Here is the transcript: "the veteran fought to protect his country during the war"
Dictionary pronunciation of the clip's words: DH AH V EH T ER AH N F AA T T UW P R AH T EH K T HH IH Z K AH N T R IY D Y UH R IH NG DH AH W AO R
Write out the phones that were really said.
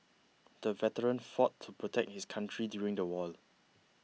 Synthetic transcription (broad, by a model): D AH V EH T ER AH N F AA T T UW P R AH T EH K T HH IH S K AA N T R IY D Y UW R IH NG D AH W AO L